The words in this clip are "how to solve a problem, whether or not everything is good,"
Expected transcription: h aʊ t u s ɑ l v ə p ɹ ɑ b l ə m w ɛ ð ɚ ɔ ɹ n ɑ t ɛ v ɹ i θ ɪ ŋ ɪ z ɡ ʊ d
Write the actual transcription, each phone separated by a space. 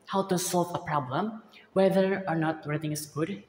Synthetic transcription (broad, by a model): h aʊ t u s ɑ l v ə p ɹ ɑ b l ə m w ɛ ð ɚ ɔ ɹ n ɑ t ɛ ɹ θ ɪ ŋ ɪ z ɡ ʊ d